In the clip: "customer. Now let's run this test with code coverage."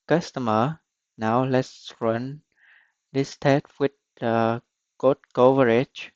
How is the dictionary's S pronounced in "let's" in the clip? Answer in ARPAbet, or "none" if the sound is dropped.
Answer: S